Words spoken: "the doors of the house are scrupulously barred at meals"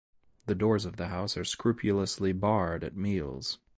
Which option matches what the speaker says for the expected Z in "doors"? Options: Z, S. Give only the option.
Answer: Z